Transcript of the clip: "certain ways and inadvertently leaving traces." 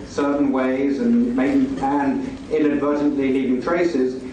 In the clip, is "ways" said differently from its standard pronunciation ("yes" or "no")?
no